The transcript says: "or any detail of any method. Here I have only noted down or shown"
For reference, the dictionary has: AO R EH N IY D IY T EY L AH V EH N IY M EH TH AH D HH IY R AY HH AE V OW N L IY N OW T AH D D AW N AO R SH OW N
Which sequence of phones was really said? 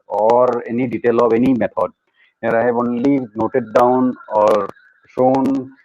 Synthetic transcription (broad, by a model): AO R EH N IY D IY T EY L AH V EH N IY M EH T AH D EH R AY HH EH B OW N L IY N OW T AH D D AW N AO R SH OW N